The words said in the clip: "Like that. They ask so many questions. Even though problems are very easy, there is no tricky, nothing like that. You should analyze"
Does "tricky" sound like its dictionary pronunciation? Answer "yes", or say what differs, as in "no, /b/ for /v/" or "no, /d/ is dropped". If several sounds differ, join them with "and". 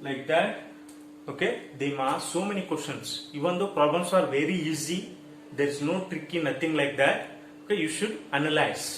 yes